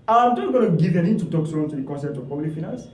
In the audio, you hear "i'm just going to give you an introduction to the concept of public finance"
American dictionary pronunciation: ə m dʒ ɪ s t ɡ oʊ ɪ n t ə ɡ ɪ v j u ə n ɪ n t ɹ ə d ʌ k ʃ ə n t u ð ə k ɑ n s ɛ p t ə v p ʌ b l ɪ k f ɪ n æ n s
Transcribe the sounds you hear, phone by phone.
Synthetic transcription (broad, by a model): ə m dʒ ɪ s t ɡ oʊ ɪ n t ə ɡ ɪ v ə n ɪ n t ə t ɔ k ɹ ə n t u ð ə k ɑ n s ɛ p t ə v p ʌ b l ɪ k f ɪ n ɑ n s